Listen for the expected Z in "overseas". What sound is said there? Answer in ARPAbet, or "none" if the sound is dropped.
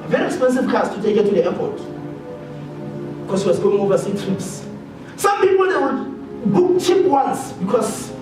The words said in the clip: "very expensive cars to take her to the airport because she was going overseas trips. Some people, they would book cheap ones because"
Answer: none